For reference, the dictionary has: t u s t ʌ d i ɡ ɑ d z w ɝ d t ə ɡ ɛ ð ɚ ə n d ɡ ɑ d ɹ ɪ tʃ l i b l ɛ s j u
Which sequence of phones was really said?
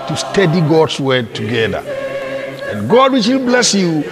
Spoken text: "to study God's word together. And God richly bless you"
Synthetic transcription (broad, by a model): t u s t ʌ d i ɡ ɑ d s w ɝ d t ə ɡ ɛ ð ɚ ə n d ɡ ɑ d w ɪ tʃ w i b l ɛ s j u